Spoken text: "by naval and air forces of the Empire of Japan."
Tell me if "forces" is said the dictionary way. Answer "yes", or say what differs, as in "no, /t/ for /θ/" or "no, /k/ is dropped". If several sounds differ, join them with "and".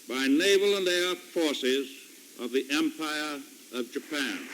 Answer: yes